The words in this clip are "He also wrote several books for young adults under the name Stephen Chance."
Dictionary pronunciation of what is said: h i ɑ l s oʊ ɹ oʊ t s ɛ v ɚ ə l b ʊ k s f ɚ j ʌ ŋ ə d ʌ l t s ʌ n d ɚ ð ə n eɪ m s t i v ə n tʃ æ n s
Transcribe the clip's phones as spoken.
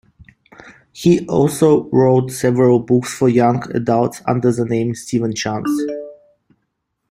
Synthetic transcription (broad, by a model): h i ɑ l s oʊ ɹ oʊ t s ɛ v ɚ ə l b ʊ k s f ɚ j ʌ ŋ ə d ʌ l t s ʌ n d ɚ ð ə n eɪ m s t i v ə n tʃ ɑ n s